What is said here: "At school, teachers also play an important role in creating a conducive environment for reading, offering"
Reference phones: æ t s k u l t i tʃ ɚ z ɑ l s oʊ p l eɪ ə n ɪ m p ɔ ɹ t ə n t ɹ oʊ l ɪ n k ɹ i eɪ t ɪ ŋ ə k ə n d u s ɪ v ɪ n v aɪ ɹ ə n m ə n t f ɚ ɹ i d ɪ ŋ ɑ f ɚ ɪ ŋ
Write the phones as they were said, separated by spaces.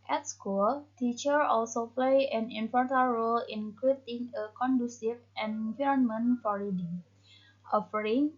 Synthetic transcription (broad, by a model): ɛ t s k u l t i tʃ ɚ ɑ l s oʊ p l eɪ ə n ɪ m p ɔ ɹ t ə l ɹ oʊ l ɪ n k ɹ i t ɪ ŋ ə k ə n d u s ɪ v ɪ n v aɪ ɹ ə n m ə n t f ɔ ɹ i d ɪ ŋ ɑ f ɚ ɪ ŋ